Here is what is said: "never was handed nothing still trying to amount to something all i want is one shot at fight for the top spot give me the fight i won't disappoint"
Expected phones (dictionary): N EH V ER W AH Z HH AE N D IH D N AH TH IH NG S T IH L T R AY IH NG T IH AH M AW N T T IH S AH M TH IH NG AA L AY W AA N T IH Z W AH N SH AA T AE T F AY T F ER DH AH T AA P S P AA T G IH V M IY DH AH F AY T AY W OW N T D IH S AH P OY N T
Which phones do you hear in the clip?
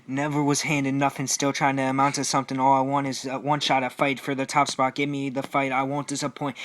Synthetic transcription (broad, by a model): N EH V ER W AH Z HH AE N D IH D N AH F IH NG S T IH L T R AY IH NG T IH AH M AW N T T IH S AH M TH IH NG AA L AY W AA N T IH Z W AH N SH AA T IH F AY T F ER DH AH T AA P S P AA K G IH V M IY DH AH F AY T AY W OW N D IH S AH P OY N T